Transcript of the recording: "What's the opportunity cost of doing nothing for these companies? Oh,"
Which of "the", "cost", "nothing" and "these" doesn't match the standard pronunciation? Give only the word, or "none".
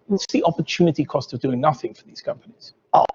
none